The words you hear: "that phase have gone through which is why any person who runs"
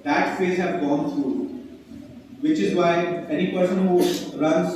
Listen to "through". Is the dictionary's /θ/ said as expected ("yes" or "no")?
no